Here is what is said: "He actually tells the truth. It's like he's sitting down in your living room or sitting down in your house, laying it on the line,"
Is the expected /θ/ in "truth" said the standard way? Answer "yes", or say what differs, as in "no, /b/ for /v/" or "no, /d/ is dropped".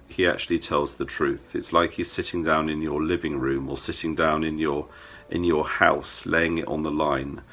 yes